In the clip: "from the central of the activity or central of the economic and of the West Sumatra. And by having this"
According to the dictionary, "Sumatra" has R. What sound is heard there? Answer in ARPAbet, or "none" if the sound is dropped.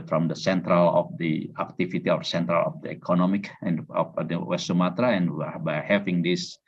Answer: R